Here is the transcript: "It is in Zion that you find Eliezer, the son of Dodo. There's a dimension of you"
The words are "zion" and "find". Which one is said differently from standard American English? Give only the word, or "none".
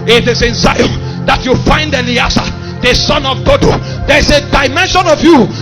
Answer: zion